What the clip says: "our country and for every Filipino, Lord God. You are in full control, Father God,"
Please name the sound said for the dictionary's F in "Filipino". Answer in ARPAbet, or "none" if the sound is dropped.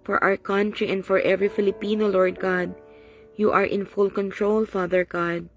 F